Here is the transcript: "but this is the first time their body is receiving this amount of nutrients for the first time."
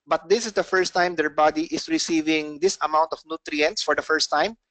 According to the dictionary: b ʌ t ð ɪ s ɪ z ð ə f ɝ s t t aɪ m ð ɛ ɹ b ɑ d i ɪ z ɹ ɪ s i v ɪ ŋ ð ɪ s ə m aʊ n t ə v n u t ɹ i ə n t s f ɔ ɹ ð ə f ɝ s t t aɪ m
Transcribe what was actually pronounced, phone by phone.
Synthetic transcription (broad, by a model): b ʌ t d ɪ s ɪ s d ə f ɝ s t t aɪ m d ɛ ɹ b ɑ d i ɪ s ɹ ɪ s i v ɪ ŋ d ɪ s ə m aʊ n t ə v n u t ɹ i ə n t s f ɔ ɹ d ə f ɝ s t t aɪ m